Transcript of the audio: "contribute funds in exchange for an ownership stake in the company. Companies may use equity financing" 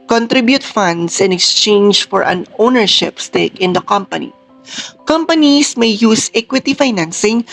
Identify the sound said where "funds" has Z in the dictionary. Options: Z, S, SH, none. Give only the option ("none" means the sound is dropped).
S